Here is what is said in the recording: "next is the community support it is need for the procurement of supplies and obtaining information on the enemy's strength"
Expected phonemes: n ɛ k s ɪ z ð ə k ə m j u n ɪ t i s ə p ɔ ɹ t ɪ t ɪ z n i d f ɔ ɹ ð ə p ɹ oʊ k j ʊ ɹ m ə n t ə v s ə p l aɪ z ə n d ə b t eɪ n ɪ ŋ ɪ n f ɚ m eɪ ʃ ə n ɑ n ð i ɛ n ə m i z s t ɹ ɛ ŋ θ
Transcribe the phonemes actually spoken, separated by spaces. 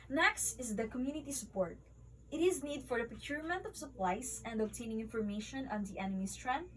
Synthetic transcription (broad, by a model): n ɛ k s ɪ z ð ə k ə m j u n ɪ t i s ə p ɔ ɹ t ɪ t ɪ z n i d f ɔ ɹ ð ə p ɹ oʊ k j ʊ ɹ m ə n t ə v s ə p l aɪ s ə n d ə b t eɪ n ɪ ŋ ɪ n f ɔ m eɪ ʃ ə n ɑ n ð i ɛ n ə m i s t ɹ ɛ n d